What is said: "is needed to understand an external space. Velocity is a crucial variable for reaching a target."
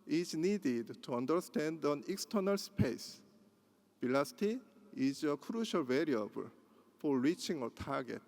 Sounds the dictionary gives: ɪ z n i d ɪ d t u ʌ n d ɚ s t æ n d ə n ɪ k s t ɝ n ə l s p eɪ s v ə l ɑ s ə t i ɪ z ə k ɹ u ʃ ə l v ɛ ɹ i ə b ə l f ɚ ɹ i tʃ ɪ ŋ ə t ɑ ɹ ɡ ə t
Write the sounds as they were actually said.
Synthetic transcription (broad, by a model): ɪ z n i d ɪ d t u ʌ n d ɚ s t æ n d ə n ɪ k s t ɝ n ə l s p eɪ s b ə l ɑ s t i ɪ z ə k ɹ u ʃ ə l v ɛ ɹ i ə b ə l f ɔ ɹ i tʃ ɪ ŋ ə t ɑ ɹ ɡ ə t